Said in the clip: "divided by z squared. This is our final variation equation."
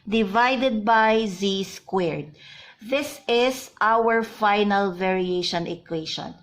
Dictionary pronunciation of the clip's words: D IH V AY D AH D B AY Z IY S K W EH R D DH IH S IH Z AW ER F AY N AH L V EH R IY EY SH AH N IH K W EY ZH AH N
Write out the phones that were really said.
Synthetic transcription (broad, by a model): D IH V AY D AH D B AY Z IY S K W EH R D DH IH S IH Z AW ER F AY N AH L V EH R IY EY SH AH N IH K W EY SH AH N